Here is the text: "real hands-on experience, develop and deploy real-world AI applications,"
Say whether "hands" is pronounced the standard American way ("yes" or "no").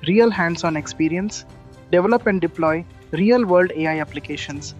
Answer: no